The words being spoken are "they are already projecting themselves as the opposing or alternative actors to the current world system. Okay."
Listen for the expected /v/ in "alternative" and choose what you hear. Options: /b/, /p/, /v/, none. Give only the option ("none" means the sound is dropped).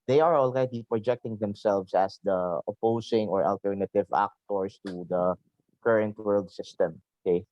/v/